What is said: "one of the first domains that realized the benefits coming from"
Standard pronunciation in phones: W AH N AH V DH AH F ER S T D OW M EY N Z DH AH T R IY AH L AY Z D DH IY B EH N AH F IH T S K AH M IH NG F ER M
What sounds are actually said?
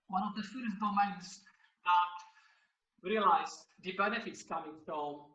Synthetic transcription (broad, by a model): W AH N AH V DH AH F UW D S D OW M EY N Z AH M R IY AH L AY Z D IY B EH N AH F IH T S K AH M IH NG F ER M